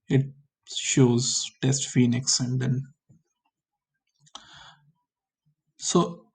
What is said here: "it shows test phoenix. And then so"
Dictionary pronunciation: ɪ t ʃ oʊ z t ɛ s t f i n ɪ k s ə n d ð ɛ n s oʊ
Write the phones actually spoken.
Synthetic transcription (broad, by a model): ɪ t ʃ oʊ z t ɛ s t f i n ɪ k s ə n d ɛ n s oʊ